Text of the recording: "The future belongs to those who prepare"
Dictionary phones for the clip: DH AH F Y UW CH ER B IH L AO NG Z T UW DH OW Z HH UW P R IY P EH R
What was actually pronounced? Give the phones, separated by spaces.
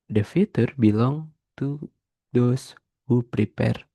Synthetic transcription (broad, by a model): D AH F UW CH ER B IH L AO NG T UW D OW S HH UW P R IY P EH R